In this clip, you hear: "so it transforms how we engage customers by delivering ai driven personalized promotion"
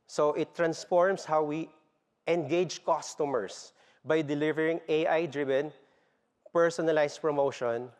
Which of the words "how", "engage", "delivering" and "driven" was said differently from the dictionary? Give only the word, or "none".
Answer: none